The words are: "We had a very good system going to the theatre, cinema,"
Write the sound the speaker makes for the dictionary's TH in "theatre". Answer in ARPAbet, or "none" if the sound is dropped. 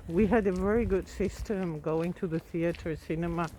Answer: TH